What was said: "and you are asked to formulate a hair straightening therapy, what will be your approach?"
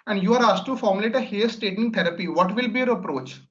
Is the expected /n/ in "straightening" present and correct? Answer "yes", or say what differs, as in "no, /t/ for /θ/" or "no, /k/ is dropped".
no, /n/ is dropped